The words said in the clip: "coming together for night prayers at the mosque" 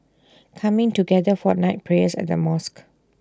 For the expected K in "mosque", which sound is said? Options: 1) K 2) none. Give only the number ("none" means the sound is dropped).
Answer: 1